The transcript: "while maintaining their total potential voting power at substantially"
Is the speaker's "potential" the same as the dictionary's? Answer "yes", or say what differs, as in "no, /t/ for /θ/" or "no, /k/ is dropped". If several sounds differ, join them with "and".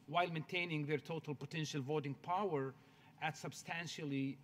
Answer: yes